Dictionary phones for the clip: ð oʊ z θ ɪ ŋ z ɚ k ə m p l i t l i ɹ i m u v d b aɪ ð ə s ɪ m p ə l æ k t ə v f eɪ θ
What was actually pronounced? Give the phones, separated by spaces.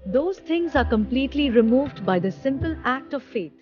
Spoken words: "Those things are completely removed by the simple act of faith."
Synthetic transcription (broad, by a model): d oʊ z t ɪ ŋ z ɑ k ə m p l i t l i ɹ i m u v d b aɪ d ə s ɪ m p ə l æ k t ə v f eɪ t